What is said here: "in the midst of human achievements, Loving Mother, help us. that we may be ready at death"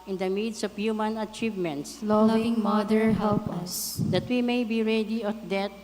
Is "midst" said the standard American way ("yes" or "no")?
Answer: no